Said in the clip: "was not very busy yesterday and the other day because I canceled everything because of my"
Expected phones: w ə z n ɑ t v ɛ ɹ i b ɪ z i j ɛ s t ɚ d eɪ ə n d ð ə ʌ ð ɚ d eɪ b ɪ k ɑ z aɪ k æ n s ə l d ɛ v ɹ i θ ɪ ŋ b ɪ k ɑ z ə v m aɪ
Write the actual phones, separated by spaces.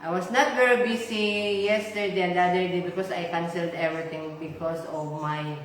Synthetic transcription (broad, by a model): w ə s n ɑ t v ɛ ɹ i b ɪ s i j ɛ s t ɚ d eɪ ə n d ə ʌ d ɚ d eɪ b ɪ k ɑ s aɪ k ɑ n s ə l d ɛ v ɹ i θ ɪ ŋ b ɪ k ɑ s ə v m aɪ